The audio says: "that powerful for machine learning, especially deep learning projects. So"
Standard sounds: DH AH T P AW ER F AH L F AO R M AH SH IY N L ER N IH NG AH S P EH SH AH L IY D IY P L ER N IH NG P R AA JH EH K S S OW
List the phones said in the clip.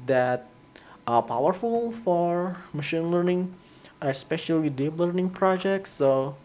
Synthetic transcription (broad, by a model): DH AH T P AW ER F AH L F AO R M AH SH IY N L ER N IH NG AH S P EH SH AH L IY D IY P L ER N IH NG P R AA JH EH K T S OW